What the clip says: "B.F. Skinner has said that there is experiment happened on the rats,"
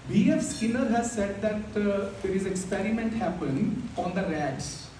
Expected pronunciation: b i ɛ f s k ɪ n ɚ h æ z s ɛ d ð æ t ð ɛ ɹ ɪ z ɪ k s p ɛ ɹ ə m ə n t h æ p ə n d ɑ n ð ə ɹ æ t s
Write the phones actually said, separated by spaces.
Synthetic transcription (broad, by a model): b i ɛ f s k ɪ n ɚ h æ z s ɛ d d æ t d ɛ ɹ ɪ z ɪ k s p ɛ ɹ ə m ə n t h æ p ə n ɑ n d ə ɹ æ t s